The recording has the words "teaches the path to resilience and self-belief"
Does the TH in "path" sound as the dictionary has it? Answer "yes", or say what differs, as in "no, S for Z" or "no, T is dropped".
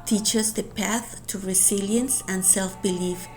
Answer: yes